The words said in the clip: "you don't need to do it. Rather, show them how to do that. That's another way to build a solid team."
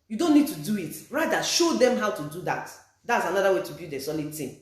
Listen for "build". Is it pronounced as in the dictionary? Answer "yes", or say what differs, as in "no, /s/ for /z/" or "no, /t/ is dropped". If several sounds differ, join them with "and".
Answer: no, /l/ is dropped